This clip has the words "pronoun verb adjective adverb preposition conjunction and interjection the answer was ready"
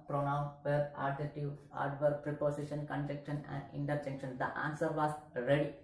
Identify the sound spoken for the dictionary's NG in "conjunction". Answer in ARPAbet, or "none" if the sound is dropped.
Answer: none